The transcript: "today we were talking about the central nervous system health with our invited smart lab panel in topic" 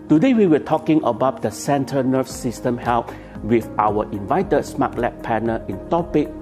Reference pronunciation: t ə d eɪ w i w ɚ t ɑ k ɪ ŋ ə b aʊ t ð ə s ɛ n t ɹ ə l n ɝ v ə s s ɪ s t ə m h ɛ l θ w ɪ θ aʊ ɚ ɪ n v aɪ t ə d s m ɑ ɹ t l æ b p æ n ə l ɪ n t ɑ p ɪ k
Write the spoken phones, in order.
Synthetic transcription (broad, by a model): t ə d eɪ w i w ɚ t ɑ k ɪ ŋ ə b aʊ t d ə s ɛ n t ə n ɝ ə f s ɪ s t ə m h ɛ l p w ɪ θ aʊ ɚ ɪ n v aɪ t ə d s m ɑ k l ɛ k p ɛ n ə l ɪ n t ɑ p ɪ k